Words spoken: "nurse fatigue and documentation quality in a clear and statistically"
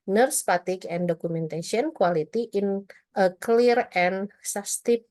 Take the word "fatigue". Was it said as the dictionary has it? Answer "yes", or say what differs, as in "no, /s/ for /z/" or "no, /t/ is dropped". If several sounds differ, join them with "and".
no, /p/ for /f/